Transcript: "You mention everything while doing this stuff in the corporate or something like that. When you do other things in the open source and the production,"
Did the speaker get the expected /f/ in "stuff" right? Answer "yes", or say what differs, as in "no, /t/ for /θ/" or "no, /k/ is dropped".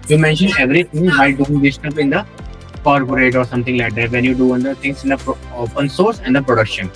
no, /p/ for /f/